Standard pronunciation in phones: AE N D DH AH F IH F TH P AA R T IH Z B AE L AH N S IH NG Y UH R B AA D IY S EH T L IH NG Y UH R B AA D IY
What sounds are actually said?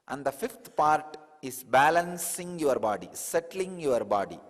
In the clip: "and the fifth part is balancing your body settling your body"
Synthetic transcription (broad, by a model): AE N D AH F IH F T P AA R T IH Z B AE L AH N S IH NG Y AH R B AA D IY S EH T L IH NG Y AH R B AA D IY